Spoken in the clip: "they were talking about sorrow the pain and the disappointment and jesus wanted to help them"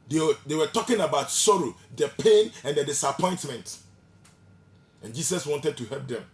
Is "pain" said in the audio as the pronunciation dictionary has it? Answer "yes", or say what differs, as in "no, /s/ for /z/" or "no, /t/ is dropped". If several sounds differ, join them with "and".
yes